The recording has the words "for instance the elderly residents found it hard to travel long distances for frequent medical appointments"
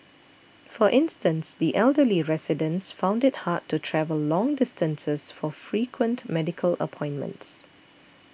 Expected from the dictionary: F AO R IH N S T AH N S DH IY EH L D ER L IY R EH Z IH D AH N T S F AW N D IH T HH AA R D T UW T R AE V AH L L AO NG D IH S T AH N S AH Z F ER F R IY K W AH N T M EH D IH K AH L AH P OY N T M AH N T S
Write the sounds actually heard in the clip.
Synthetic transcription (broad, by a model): F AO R IH N S T AH N S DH IY EH L D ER L IY R EH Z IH D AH N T S F AW N D IH T HH AA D T UW T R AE V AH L L AO NG D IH S T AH N S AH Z F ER F R IY K W AH N T M EH D IH K AH L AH P OY N M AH N T S